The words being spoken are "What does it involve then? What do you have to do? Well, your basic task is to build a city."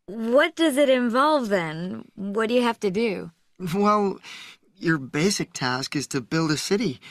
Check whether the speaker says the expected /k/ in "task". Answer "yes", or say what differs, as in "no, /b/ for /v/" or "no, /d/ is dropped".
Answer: yes